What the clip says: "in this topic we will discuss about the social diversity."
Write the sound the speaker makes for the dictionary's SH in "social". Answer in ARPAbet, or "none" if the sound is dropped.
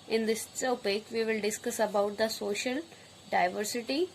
SH